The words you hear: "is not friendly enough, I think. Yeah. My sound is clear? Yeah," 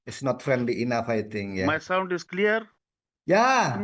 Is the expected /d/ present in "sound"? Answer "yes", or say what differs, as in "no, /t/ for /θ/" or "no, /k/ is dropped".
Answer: yes